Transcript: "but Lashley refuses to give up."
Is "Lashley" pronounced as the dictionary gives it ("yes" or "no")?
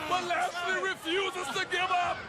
no